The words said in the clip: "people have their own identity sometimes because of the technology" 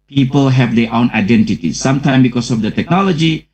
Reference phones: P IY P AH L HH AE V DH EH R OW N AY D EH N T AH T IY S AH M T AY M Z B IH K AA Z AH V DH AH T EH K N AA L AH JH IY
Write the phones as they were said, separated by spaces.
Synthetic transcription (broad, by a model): P IY P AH L HH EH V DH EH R OW N AY D EH N T AH T IY S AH M T AY M B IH K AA S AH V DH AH T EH K N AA L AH JH IY